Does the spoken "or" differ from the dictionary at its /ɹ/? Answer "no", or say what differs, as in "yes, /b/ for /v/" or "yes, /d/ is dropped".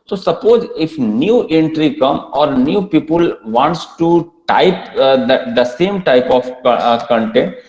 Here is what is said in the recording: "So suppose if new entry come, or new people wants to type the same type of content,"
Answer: no